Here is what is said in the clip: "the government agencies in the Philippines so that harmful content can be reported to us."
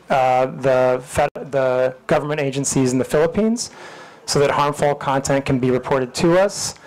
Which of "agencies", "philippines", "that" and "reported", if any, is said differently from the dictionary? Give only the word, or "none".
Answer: none